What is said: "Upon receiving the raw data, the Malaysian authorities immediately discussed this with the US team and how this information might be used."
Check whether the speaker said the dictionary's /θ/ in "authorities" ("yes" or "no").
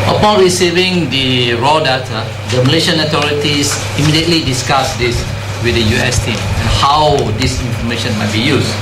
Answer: no